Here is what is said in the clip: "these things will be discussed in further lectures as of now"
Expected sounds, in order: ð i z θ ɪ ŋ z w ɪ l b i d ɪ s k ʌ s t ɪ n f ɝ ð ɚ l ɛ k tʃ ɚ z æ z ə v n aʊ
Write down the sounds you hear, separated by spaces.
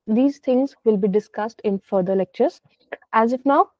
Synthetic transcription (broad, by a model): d i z t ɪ ŋ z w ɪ l b i d ɪ s k ʌ s t ɪ n f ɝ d ɚ l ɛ k tʃ ɚ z æ z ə f n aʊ